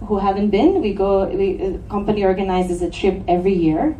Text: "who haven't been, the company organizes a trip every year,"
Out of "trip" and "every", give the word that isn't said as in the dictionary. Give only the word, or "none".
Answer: none